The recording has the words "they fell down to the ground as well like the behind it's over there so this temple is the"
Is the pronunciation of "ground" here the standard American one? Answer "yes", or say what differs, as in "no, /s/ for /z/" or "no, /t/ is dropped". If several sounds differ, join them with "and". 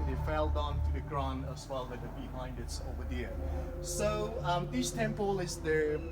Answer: no, /d/ is dropped